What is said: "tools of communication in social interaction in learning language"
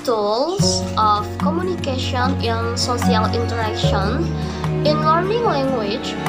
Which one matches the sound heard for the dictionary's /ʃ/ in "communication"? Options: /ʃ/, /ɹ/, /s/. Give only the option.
/ʃ/